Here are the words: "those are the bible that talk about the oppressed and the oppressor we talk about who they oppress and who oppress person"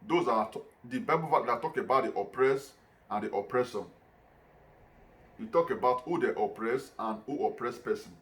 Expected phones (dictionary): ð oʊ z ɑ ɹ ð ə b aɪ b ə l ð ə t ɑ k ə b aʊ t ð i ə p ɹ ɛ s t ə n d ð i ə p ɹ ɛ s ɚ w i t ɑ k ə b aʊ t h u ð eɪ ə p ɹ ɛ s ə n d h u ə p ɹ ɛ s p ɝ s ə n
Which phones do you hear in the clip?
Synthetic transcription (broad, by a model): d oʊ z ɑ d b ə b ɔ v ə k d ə t ɑ k ə b aʊ t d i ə p ɹ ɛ s ə n d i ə p ɹ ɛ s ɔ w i t ɑ k ə b aʊ t h u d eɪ ə p ɹ ɛ s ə n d h u ə p ɹ ɛ s p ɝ s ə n